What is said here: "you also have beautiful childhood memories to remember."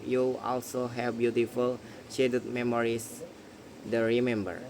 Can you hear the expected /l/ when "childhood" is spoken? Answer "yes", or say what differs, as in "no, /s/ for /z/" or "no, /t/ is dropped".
no, /l/ is dropped